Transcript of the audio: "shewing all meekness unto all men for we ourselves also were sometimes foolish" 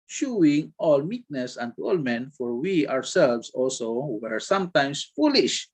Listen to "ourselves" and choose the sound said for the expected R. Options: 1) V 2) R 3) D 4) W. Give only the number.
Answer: 4